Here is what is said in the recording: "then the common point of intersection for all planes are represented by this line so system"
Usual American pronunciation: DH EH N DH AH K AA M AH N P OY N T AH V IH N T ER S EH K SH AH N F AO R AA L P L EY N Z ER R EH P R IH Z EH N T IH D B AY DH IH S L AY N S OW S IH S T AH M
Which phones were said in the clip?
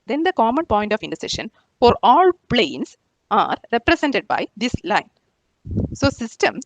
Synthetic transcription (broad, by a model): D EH N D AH K AA M AH N P OY N T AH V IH N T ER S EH SH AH N F AO R AA L P L EY N S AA R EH P R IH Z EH N T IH D B AY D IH S L AY N S OW S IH S T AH M